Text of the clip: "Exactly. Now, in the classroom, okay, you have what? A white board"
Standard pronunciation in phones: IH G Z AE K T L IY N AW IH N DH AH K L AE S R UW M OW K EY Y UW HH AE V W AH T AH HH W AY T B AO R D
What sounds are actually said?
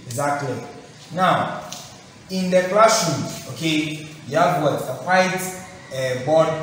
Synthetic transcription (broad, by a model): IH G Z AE K T L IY N AW IH N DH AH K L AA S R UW OW K EY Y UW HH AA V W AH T AH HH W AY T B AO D